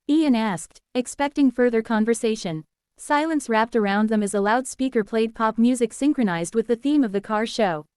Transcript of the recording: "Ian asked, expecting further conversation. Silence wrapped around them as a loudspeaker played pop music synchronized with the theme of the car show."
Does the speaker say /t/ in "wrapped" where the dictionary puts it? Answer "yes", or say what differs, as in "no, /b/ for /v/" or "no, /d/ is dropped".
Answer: yes